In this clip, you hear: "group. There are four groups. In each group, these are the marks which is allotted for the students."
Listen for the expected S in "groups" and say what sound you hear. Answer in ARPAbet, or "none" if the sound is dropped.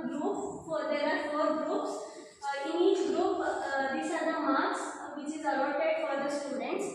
S